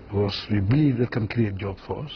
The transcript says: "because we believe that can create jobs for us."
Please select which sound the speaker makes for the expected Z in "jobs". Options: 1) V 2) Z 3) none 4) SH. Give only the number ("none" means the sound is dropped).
3